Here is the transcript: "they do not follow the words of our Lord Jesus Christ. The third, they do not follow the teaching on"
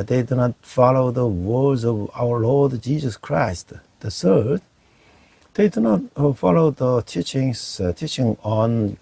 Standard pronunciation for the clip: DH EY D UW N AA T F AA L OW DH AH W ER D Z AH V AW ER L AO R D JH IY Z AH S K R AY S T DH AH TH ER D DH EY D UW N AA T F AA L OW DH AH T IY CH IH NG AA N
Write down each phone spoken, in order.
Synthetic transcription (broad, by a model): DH EY D UW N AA T F AA L OW DH AH W ER D Z AH V AW ER L AO R D JH IY Z AH S K R AY S T DH AH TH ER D DH EY D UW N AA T F AA L OW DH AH T IY CH IH NG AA N